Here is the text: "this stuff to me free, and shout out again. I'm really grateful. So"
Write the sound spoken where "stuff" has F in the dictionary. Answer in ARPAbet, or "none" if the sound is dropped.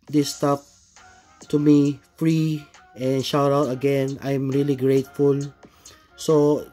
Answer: P